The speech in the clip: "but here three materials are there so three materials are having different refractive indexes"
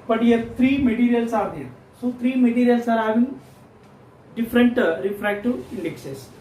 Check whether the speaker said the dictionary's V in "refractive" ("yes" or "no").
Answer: no